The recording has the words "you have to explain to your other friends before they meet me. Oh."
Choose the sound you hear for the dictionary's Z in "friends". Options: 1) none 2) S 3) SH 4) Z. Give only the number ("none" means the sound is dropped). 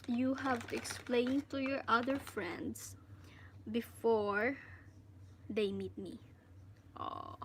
2